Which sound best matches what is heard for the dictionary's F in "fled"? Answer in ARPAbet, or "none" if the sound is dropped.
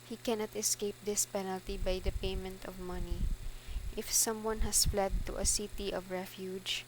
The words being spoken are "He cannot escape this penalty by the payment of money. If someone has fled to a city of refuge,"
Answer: F